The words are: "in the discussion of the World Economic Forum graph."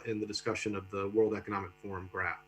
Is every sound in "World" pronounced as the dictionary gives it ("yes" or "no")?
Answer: yes